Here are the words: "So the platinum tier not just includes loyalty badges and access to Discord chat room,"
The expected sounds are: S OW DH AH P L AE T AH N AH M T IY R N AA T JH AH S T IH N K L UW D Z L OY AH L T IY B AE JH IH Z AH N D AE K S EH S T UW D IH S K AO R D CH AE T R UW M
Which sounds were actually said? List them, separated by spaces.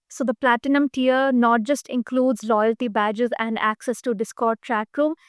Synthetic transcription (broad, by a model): S OW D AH P L AE T AH N AH M T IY R N AA T JH AH S T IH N K L UW D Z L OY AH L T IY B AE JH IH Z AH N D AE K S EH S T UW D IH S K AO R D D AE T R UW M